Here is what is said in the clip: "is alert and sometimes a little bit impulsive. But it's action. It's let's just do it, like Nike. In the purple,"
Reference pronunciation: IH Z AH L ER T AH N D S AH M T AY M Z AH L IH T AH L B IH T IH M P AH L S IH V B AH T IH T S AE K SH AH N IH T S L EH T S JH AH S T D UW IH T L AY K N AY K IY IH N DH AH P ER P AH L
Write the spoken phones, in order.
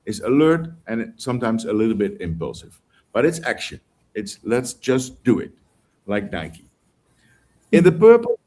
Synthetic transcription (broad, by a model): IH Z AH L ER T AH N S AH M T AY M Z AH L IH T L B IH T IH M P AH L S IH V B AH T IH T S AE K SH AH N IH T S L EH T S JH AH S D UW IH T L AY K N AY K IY IH N DH AH P ER P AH